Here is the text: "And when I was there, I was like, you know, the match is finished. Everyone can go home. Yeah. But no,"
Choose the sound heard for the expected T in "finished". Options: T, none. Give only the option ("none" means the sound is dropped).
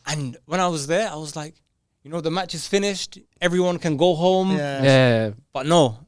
T